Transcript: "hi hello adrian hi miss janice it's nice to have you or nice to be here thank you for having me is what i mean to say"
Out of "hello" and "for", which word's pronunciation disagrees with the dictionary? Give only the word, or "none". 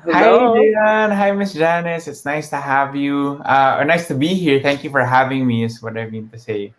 hello